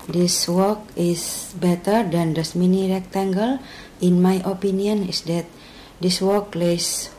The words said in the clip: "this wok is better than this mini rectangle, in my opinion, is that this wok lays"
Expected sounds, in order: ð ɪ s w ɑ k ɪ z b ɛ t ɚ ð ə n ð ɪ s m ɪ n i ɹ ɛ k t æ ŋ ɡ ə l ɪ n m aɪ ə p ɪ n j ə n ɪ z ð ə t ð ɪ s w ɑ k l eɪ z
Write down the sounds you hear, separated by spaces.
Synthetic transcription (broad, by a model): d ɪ s w ɑ k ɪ s b ɛ t ɚ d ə n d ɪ s m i n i ɹ ɛ k t æ ŋ ɡ ə l ɪ n m aɪ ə p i n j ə n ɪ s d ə t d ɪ s w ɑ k l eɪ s